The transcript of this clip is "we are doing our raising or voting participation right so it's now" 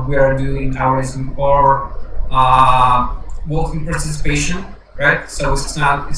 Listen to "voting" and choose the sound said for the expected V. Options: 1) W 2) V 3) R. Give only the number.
1